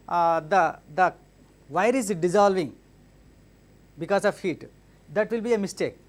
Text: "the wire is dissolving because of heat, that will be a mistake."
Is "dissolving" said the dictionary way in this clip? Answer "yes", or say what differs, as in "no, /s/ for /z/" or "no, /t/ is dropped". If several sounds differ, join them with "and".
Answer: yes